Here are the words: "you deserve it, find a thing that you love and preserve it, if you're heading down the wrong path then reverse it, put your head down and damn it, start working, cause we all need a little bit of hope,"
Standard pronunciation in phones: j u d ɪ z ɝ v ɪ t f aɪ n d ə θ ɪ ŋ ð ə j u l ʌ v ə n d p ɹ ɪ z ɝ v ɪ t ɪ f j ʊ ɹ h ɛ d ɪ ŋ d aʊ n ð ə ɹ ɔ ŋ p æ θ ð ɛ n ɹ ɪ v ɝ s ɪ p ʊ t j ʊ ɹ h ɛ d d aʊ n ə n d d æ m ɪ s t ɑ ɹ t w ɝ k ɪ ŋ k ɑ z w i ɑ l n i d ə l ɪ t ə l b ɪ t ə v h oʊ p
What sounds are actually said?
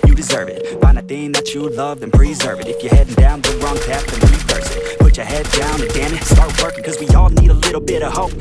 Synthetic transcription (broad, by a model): j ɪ d ɪ z ɝ v ɪ t f aɪ n d ə θ ɪ ŋ ð ə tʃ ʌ l ʌ v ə n p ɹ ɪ z ɝ v ɪ t ɪ f j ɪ ɹ h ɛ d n d aʊ n ð ə ɹ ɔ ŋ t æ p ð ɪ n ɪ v ɝ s ɪ p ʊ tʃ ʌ ɹ h ɛ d d aʊ n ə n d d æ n ɪ s t ɑ ɹ t w ɝ k ɪ ŋ k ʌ z w i ɑ l n i d ə l ɪ t l b ɪ t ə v h oʊ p